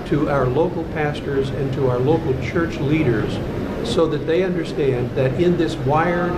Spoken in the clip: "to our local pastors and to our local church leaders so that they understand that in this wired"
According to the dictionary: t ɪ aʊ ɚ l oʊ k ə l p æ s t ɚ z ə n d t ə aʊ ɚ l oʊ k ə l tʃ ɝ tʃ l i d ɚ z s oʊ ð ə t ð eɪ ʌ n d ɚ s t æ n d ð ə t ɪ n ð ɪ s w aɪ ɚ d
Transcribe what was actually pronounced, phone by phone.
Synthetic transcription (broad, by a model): t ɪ aʊ ɚ l oʊ k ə l p æ s t ɚ z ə n t ə aʊ ɚ l oʊ k l tʃ ɝ tʃ l i d ɚ z s oʊ ð ə t ð eɪ ʌ n d ɚ s t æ n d ð ə t ɪ n ð ɪ s w aɪ ɚ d